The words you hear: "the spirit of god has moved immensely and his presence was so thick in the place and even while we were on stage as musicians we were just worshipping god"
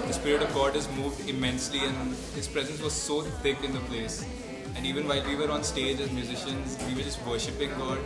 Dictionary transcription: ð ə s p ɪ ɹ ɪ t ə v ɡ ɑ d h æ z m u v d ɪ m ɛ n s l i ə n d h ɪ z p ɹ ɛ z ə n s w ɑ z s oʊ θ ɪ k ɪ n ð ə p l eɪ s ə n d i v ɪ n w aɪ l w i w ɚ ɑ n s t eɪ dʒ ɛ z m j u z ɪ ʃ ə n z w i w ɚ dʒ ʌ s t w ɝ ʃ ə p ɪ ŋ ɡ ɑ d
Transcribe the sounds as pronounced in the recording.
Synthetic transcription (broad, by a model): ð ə s p ɪ ɹ ɪ t ə v ɡ ɑ d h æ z m u v d ɪ m ɛ n s l i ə n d h ɪ z p ɹ ɛ z ə n s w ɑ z s oʊ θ ɪ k ɪ n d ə p l eɪ s ə n d i v ɪ n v aɪ l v i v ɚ ɑ n s t eɪ dʒ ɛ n m j u z ɪ ʃ ə n z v i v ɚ dʒ ʌ s t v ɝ ʃ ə p ɪ ŋ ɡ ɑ d